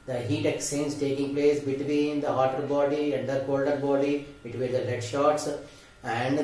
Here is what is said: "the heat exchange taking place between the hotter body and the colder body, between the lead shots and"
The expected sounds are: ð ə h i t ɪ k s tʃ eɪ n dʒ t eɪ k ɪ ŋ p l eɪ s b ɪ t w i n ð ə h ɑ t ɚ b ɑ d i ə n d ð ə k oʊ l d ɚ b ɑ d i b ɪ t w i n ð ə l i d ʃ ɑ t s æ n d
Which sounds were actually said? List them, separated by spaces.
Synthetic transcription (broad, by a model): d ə h i t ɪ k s eɪ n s t eɪ k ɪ ŋ p l eɪ s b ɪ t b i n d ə h ɑ t ɚ b ɑ d i ə n d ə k oʊ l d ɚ b ɑ d i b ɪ t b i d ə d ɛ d ʃ ɑ t s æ n d